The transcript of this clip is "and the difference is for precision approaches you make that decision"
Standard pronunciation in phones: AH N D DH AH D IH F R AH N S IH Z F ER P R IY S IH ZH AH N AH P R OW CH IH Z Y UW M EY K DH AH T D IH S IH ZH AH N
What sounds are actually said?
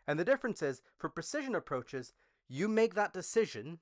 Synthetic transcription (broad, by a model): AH N DH AH D IH F R AH N S IH Z F ER P R IY S IH ZH AH N AH P R OW CH IH Z Y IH M EY K DH AH T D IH S IH ZH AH N